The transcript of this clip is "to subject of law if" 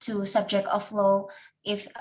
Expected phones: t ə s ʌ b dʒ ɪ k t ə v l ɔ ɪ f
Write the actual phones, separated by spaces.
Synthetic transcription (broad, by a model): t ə s ʌ b dʒ ɪ k t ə f l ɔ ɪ f